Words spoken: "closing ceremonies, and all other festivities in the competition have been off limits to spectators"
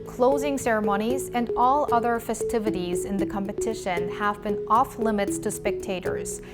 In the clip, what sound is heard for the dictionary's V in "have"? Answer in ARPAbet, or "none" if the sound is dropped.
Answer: V